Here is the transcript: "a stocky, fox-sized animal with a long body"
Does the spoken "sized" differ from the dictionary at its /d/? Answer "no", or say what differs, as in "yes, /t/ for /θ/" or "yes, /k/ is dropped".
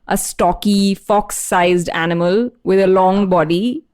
no